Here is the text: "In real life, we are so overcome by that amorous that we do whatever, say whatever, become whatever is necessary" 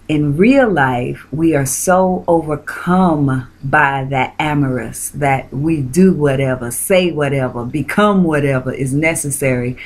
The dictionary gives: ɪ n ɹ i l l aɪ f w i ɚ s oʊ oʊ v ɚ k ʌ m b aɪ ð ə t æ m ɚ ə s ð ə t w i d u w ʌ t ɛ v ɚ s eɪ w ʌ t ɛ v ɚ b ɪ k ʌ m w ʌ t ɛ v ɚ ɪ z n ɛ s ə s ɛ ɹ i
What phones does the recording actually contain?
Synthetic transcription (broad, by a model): ɪ n ɹ i l l aɪ f w i ɚ s oʊ oʊ v ɚ k ʌ m b aɪ ð ə t æ m ɚ ə s ð ə t w i d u w ʌ t ɛ v ɚ s eɪ w ʌ t ɛ v ɚ b ɪ k ʌ m w ʌ t ɛ v ɚ ɪ z n ɛ s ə s ɛ ɹ i